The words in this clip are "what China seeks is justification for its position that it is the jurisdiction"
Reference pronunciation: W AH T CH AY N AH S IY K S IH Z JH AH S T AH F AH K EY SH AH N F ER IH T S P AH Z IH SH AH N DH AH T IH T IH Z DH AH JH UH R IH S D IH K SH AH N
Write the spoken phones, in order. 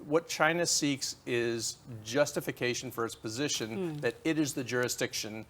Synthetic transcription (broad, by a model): W AH T CH AY N AH S IY K S IH Z JH AH S T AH F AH K EY SH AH N F ER IH T S P AH Z IH SH AH N DH AH T IH T IH Z DH AH JH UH R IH S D IH K SH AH N